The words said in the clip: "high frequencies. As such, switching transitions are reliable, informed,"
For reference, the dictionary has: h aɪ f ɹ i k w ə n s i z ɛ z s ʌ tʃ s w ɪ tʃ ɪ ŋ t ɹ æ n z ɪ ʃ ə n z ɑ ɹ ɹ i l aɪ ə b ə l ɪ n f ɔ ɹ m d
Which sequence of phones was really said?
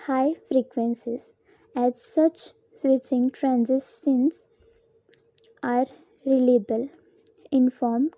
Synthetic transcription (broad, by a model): h aɪ f ɹ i k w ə n s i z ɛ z s ʌ tʃ s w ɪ tʃ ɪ ŋ t ɹ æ n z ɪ ə n s ɑ ɹ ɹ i l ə b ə l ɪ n f ɔ ɹ m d